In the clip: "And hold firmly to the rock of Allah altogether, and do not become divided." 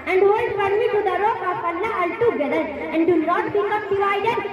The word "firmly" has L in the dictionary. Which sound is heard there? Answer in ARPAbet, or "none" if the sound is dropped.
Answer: none